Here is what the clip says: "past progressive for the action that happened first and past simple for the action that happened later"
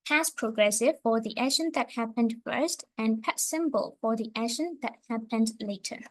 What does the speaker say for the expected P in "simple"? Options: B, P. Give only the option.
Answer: B